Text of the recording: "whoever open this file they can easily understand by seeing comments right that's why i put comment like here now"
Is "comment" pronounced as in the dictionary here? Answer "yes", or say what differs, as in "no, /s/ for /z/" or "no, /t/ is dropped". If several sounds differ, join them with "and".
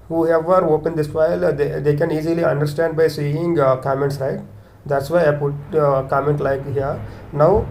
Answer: yes